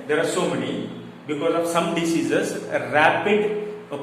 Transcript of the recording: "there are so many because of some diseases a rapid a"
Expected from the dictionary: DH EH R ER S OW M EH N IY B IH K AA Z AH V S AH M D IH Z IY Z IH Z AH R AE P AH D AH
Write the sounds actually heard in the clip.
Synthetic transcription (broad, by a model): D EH R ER S OW M EH N IY B IH K AA Z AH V S AH M D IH S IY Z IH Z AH R AE P AH D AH